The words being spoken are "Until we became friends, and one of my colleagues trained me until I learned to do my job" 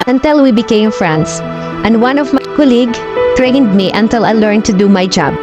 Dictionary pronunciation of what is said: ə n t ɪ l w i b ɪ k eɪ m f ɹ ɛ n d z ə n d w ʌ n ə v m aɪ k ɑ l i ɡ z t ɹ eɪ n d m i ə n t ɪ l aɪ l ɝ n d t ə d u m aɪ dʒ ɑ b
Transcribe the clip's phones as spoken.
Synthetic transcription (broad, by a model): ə n t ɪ l w i b ɪ k eɪ m f ɹ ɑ n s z ə n d w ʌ n ə v m aɪ k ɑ l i ɡ t ɹ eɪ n d m i ə n t ɪ l aɪ l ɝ n t ə d u m aɪ dʒ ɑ b